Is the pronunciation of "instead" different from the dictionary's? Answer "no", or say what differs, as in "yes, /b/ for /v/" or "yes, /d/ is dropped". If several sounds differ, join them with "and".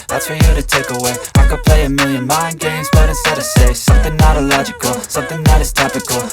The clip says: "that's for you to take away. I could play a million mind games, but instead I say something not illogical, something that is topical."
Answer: yes, /n/ is dropped